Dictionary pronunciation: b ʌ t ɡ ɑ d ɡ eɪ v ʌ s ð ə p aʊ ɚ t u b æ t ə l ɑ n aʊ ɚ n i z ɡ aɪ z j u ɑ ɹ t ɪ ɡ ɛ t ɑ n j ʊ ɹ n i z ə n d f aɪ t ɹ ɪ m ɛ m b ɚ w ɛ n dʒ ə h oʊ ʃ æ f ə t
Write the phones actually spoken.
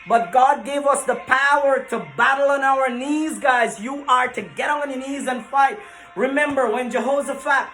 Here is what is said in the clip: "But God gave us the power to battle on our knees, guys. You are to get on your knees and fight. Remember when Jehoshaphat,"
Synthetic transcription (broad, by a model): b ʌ t ɡ ɑ d ɡ eɪ v ʌ s ð ə p aʊ ɚ t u b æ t l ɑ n aʊ ɚ n i z ɡ aɪ z j u ɑ ɹ t ɪ ɡ ɛ t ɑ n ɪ n i z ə n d f aɪ t ɹ ɪ m ɛ m b ɚ w ɛ n dʒ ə h oʊ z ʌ f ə t